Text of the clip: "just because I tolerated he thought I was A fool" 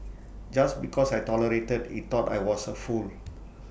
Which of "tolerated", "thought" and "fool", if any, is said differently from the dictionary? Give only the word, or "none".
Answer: thought